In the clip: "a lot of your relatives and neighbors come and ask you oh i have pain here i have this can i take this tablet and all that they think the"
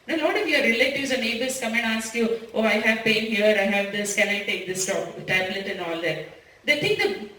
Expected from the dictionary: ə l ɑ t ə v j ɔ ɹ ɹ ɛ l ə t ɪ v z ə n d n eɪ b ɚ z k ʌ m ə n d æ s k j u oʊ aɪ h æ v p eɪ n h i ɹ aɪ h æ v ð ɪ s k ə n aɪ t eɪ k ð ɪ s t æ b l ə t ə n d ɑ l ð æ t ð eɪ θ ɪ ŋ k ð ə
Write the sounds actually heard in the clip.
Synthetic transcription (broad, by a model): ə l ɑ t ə f j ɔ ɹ ɹ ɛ l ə t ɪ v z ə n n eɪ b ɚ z k ʌ m ə n d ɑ s k j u oʊ aɪ h æ v p eɪ n h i ɹ aɪ h æ v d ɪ s k ə n aɪ t eɪ k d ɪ s t æ b l ə t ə n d ɑ l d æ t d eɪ t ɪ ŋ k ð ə